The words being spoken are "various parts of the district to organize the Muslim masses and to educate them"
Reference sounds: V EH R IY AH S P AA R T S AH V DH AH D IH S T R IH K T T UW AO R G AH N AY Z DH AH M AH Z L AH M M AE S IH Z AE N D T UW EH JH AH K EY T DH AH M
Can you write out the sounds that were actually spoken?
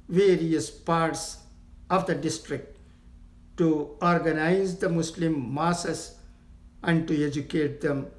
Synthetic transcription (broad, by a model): V EH R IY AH S P AA R T S AH V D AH D IH S T R IH K T T UW AO R G AH N AY Z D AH M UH S L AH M M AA S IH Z AE N D T UW EH JH AH K EY T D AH M